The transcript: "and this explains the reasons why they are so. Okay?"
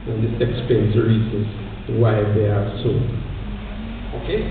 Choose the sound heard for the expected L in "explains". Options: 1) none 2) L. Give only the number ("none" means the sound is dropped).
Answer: 1